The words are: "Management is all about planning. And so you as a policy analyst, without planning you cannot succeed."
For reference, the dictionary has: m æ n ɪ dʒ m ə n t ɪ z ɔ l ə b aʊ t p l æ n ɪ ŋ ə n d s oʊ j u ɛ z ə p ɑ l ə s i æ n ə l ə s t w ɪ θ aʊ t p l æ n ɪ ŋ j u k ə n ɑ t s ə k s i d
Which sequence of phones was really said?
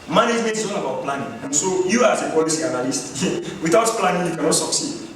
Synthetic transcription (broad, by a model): m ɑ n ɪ dʒ m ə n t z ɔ n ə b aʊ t p l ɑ n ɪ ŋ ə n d s oʊ j u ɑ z ə p ɑ l ə s i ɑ n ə l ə s t w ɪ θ aʊ t p l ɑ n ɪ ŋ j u k ə n ɑ t s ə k s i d